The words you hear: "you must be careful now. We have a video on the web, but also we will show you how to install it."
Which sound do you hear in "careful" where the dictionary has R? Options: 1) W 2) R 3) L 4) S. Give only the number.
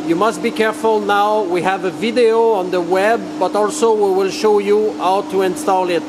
2